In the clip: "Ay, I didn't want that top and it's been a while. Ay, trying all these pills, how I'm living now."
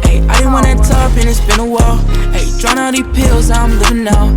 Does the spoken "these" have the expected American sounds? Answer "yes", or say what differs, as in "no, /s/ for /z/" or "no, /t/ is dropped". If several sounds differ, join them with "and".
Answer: no, /z/ is dropped